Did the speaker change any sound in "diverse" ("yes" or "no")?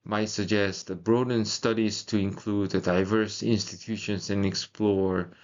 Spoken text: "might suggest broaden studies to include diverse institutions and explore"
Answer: no